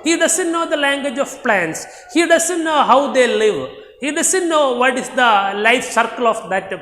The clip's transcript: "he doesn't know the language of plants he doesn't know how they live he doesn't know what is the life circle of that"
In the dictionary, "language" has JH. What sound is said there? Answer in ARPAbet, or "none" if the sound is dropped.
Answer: JH